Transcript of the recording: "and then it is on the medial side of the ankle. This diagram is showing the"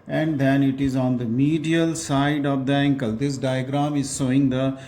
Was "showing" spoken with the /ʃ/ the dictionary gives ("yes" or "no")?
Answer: no